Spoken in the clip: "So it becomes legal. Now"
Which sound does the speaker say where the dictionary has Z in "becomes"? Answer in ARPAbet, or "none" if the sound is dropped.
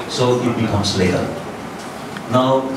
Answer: S